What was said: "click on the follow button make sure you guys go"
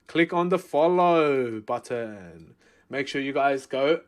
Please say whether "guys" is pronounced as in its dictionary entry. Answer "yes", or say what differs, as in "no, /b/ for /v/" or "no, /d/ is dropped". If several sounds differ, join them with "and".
yes